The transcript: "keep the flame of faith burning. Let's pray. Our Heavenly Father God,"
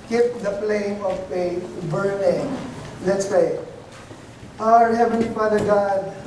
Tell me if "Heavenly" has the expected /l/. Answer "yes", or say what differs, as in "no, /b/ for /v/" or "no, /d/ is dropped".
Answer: no, /l/ is dropped